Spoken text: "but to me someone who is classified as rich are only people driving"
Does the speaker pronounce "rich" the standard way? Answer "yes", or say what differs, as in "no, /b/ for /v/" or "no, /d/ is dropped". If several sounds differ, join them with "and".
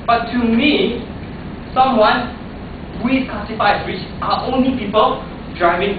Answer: no, /w/ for /ɹ/